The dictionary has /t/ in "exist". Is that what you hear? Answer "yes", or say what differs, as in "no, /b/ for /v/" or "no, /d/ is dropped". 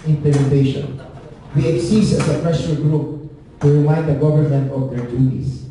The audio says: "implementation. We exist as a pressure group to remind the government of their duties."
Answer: no, /t/ is dropped